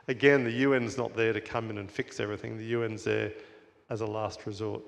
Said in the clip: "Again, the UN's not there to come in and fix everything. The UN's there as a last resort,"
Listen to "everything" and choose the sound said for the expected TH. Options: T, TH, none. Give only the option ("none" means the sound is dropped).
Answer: TH